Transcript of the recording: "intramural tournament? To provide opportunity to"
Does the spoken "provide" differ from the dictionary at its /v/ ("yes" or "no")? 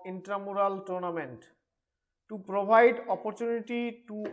yes